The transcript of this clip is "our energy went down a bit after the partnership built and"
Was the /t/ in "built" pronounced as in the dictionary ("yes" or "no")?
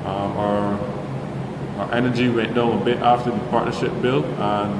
no